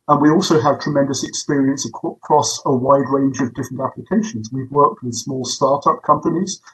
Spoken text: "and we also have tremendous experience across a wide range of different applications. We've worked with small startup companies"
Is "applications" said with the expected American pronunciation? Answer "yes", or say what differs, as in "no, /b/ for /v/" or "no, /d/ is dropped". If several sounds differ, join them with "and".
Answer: yes